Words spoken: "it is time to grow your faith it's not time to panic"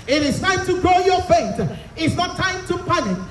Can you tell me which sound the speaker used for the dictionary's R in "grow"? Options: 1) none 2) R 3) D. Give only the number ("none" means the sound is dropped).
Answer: 2